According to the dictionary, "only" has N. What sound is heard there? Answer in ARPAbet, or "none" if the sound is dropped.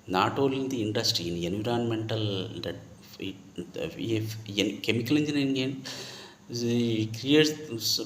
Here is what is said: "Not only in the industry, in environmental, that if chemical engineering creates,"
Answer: none